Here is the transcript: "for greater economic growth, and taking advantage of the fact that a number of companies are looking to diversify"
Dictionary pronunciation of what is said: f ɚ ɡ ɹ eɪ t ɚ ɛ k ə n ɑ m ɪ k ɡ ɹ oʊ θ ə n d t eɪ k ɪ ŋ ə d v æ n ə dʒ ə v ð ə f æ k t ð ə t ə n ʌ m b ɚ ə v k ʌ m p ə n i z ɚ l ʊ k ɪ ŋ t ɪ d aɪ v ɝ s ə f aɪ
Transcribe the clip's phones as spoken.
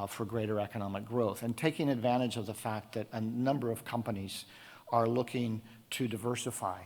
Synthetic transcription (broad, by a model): f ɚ ɡ ɹ eɪ t ɚ ɛ k ə n ɑ m ɪ k ɡ ɹ oʊ θ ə n t eɪ k ɪ ŋ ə d v æ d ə dʒ ə v ð ə f æ k t ð ə t ə n ʌ m b ɚ ə v k ʌ m p ə n i z ɚ l ʊ k ɪ ŋ t ɪ d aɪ v ɝ s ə f aɪ